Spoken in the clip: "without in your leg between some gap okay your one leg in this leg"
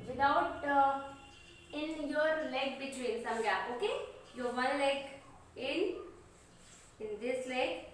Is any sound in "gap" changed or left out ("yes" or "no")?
yes